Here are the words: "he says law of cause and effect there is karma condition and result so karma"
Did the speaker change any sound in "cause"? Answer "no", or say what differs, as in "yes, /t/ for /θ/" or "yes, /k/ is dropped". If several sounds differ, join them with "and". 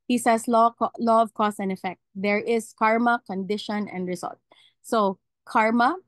yes, /s/ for /z/